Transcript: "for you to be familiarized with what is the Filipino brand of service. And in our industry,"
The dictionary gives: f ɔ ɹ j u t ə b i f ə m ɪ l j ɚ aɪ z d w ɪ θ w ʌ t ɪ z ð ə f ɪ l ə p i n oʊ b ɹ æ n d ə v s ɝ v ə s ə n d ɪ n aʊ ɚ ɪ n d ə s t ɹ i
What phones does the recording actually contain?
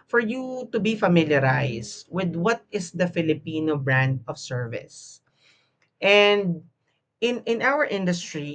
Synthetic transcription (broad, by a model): f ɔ ɹ j u t ə b i f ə m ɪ l j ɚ aɪ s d w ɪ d w ʌ t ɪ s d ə f ɪ l ə p i n oʊ b ɹ æ n d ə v s ɝ v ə s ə n d ɪ n aʊ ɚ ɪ n d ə s t ɹ i